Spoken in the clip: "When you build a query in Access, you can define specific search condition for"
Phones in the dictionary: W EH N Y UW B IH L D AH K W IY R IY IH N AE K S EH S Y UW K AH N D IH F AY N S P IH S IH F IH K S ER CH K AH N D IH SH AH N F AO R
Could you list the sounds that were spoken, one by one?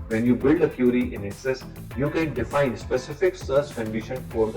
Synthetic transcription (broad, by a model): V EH N Y UW B IH L D AH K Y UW R IY IH N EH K S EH S Y UW K AH N D IH F AY N S P IH S IH F IH K S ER S K AH N D IH SH AH N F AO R